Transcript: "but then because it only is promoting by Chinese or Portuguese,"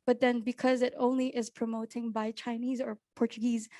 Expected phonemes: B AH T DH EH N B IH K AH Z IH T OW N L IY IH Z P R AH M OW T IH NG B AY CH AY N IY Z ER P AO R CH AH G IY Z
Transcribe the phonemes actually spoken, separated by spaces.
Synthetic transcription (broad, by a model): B AH T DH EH N B IH K AH Z IH T OW N L IY IH Z P R AH M OW T IH NG B AY CH AY N IY Z ER P AO R CH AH G IY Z